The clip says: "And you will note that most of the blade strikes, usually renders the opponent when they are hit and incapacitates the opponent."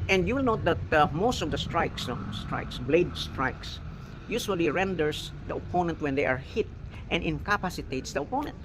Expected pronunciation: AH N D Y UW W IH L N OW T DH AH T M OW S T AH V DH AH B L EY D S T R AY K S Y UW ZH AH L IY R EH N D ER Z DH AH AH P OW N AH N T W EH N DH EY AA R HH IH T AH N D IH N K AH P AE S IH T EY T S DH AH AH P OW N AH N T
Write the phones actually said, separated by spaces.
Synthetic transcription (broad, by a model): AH N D Y UW W IH L N OW T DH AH T M OW S T AH V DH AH B L EY D S T R AY K S Y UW S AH L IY R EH N D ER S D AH AH P OW N AH N T W EH N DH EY AA R HH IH T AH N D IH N K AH P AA S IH T EY T S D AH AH P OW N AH N T